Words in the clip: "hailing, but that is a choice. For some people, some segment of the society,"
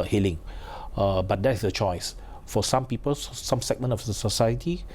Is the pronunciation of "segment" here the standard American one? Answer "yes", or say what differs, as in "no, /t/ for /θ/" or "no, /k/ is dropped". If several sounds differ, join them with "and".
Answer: no, /t/ is dropped